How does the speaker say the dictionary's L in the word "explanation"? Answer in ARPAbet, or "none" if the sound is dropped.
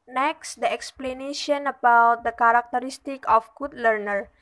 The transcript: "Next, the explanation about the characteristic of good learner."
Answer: L